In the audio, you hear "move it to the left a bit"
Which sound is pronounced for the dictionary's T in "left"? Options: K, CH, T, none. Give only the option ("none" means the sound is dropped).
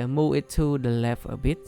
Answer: none